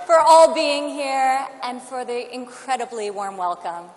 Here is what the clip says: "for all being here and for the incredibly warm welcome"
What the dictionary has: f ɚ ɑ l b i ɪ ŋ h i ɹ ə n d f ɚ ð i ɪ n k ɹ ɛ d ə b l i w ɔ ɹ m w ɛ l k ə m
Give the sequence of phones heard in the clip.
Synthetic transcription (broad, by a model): f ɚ ɑ l b i ɪ ŋ h i ɹ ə n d f ɚ ð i ɪ n k ɹ ɛ d ə b l i w ɔ ɹ m w ɛ l k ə m